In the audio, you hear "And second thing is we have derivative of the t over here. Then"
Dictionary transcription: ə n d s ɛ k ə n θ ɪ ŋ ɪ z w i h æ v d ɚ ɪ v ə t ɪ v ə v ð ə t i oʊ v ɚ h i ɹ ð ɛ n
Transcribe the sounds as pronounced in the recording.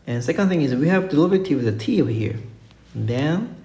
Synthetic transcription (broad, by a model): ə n s ɛ k ə n θ ɪ ŋ ɪ z w i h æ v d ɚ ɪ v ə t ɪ w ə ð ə t i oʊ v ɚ h i ɹ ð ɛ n